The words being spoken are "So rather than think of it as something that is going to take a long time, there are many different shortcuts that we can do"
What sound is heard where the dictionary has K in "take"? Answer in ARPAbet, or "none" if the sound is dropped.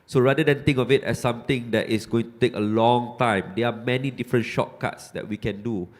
K